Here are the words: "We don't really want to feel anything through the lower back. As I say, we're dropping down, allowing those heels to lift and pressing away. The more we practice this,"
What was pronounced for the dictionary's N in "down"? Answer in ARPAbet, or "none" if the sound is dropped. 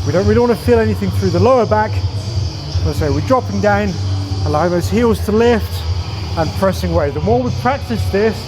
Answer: N